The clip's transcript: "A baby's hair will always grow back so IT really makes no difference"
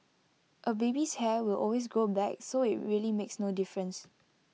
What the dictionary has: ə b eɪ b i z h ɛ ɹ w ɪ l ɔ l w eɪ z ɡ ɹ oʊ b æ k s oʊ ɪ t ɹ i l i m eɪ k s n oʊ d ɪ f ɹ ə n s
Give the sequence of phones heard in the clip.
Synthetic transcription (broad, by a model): ə b eɪ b i s h ɛ w ɪ l ɔ l w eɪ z ɡ ɹ oʊ b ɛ k s oʊ ɪ t ɹ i l i m eɪ k s n oʊ d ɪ f ɹ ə n s